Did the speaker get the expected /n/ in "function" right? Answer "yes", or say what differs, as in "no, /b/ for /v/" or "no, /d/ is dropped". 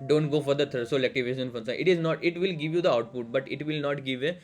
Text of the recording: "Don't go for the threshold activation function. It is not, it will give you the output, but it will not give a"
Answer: no, /n/ is dropped